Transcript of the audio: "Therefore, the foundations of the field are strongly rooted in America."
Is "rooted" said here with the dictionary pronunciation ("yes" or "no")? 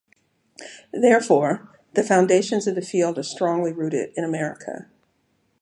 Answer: yes